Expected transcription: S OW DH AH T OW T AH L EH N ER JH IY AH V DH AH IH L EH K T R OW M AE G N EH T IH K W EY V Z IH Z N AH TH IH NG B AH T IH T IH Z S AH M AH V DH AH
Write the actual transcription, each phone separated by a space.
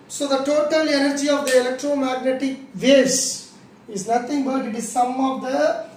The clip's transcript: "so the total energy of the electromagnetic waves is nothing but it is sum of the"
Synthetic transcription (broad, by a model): S OW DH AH T OW T AH L EH N ER JH IY AH V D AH IH L EH K T R OW M AE G N EH T IH K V EY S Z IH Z N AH T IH NG B AH T IH T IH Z S AH M AH V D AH